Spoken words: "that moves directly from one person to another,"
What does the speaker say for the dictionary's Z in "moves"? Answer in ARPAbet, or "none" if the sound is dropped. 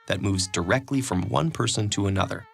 Z